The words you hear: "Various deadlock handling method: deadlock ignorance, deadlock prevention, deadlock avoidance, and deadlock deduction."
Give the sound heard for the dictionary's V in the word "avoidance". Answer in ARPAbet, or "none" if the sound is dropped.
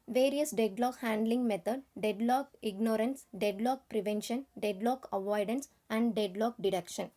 V